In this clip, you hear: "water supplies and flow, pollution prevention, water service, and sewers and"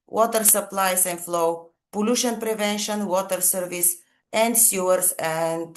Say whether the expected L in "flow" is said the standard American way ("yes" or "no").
yes